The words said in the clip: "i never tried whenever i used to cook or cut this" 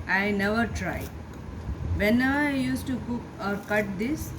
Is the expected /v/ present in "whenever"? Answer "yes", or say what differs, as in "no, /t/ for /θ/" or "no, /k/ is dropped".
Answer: no, /v/ is dropped